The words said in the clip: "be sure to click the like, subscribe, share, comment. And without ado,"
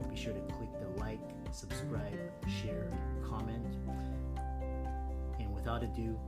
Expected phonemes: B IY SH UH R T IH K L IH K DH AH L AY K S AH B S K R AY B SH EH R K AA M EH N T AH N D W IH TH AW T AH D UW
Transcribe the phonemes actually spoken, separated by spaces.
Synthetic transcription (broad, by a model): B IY SH UH R T IH K L IH K DH AH L AY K S AH B S K R AY B SH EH R K AA M EH N T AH N W IH TH AW T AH D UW